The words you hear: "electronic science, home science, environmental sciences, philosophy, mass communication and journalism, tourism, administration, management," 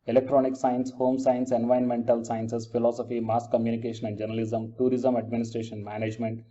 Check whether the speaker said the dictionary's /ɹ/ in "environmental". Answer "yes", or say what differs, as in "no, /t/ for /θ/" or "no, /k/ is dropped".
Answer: no, /ɹ/ is dropped